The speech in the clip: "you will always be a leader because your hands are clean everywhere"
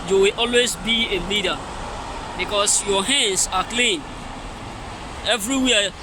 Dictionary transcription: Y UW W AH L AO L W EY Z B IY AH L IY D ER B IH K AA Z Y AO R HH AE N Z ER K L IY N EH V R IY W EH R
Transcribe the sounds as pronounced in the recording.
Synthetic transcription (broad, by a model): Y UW W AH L AO L W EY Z B IY AH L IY D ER B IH K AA S Y AO HH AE N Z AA K L IY N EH V R IY W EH